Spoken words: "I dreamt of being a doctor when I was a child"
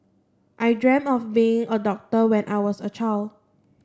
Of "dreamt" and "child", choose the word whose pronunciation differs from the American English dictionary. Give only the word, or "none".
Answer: dreamt